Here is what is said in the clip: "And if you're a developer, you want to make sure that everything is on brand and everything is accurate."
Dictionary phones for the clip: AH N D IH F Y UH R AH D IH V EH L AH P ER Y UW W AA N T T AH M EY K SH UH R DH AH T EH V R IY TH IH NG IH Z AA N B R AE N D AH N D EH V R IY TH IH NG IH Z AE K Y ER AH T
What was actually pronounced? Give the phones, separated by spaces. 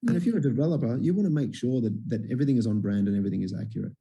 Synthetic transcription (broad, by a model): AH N IH F Y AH R AH D IH V EH L AH P ER Y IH W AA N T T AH M EY K SH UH R DH AH T EH V R IY TH IH NG IH Z N B R AE N D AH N EH V R IY TH IH NG IH Z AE K Y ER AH T